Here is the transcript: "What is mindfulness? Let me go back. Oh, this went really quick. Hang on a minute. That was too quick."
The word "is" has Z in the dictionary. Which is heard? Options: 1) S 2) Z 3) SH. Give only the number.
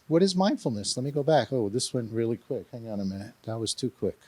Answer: 2